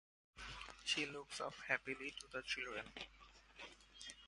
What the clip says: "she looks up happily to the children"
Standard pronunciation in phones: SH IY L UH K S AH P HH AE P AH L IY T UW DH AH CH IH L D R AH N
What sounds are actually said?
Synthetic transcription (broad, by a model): SH IY L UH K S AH F HH AE P AH L IY T UW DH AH CH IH L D R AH N